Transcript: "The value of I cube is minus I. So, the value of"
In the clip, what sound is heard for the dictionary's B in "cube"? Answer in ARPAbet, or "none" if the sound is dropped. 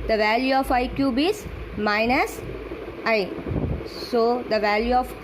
B